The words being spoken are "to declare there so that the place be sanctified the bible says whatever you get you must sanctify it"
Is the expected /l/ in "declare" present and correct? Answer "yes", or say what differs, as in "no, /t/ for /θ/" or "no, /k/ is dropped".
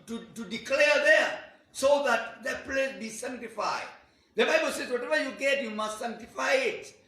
yes